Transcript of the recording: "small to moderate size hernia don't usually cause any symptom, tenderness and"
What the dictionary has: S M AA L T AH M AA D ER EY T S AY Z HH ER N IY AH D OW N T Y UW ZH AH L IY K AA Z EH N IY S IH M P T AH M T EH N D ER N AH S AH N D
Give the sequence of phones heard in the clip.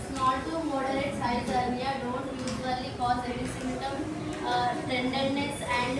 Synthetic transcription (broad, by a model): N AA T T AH M AA D ER EY T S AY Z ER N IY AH D OW N T Y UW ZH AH L IY K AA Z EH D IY S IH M T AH M T EH N D ER N AH S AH N D